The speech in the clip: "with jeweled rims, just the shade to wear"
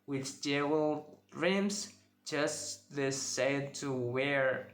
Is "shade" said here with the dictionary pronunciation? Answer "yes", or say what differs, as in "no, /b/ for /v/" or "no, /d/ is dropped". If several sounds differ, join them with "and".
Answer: no, /s/ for /ʃ/